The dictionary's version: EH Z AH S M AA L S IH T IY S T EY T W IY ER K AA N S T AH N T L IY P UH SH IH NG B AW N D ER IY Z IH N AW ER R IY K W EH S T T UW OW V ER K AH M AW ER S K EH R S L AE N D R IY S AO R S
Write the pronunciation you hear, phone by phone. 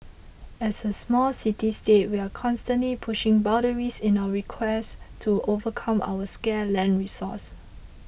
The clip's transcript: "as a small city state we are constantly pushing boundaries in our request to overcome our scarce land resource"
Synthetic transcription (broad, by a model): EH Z AH S M AA L S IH T IY S T EY T W IY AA K AA N S T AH N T L IY P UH SH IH NG B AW D ER IY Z IH N AW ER R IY K W EH S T T UW OW V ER K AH M AW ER S K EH L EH N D R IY S AO S